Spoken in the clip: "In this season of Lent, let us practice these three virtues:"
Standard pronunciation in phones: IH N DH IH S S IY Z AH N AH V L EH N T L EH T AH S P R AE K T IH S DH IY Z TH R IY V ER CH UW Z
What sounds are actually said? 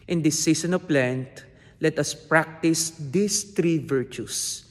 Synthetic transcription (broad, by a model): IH N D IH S S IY S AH N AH P L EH N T L EH T AH S P R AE K T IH S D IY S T R IY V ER CH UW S